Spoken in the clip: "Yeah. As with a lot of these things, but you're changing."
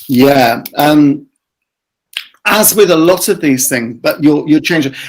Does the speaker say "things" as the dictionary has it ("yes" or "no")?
yes